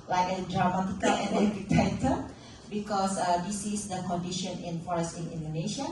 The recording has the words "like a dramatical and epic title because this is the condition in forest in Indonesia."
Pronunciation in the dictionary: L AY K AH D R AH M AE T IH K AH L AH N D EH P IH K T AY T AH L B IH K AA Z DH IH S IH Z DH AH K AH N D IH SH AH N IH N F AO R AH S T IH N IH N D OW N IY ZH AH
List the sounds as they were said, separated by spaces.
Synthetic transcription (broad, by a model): L AY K AH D R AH M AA T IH K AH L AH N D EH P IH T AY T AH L B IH K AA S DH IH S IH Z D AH K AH N D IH SH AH N IH N F AO R AH S T IH N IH N D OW N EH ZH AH